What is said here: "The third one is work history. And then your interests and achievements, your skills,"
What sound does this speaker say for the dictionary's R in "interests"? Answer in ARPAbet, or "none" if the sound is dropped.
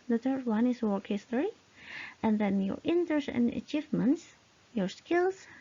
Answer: none